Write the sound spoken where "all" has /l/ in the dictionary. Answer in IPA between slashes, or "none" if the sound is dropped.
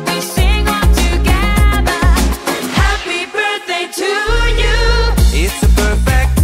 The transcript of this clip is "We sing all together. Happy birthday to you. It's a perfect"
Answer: /n/